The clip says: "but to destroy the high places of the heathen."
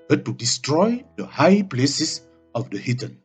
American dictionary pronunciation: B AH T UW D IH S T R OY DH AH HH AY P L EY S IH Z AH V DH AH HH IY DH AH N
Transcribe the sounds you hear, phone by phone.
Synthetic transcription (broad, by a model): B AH T UW D IH S T R OY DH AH HH AY P L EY S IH S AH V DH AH HH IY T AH N